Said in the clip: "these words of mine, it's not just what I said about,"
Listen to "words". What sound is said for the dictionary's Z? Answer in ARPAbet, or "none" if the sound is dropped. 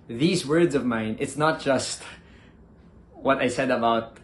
Z